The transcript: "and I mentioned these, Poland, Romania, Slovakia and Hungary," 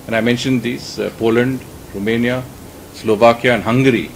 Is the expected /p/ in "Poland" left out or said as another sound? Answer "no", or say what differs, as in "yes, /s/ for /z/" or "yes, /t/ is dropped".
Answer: no